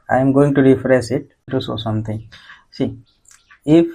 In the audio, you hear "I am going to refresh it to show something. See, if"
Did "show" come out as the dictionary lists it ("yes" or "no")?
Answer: no